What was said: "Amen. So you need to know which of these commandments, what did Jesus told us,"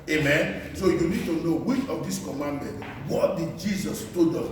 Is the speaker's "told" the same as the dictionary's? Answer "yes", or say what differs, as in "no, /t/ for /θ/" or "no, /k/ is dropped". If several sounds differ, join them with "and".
no, /l/ is dropped